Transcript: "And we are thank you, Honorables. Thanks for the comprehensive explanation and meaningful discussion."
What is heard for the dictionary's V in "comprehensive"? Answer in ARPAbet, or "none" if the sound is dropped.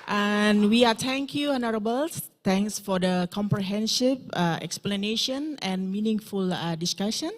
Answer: P